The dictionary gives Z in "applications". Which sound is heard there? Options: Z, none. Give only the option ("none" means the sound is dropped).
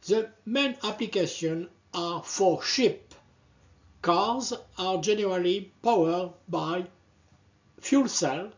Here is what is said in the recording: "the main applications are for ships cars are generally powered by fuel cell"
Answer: none